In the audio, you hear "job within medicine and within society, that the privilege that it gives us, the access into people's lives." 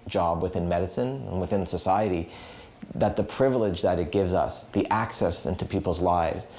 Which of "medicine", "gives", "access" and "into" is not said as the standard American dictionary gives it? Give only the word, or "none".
none